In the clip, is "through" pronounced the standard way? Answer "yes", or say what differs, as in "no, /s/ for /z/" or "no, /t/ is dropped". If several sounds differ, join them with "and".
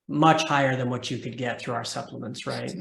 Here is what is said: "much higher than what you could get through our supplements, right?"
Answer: yes